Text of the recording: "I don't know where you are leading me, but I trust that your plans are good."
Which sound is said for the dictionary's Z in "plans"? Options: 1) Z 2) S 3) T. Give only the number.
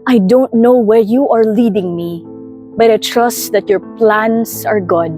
2